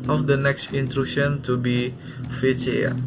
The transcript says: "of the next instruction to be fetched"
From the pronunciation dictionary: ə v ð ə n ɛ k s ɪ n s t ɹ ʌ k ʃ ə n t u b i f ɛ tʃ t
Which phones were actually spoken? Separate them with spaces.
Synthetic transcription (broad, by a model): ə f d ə n ɛ k s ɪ n t ɹ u ʃ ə n t u b i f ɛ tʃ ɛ